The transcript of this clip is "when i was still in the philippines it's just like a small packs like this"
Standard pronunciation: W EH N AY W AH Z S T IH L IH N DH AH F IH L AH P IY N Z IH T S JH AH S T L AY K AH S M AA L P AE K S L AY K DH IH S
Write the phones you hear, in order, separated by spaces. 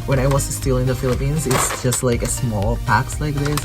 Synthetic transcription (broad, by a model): W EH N AY W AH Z S T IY L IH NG DH AH F IH L AH P IY N Z IH T S JH AH S T L AY K AH S M AA L P AE K S L AY K DH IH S